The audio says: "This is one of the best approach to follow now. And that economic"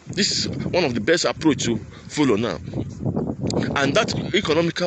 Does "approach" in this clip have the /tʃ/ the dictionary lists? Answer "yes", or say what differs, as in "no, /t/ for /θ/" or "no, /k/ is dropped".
yes